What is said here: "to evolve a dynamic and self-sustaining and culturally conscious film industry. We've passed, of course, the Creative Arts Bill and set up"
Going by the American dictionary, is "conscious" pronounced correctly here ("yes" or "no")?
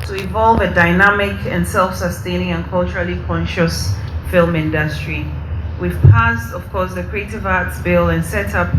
yes